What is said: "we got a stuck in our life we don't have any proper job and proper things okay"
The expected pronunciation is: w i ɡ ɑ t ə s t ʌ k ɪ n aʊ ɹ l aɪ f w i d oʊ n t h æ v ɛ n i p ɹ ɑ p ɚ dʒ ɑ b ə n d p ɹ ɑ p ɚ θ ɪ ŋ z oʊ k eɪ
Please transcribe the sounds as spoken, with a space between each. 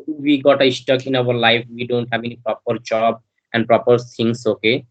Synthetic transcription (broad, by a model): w i ɡ ɑ t ə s t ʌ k ɪ n aʊ ɹ l aɪ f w i d oʊ n t h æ b ɛ n i p ɹ ɑ p ɚ dʒ ɑ b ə n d p ɹ ɑ p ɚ t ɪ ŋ s oʊ k eɪ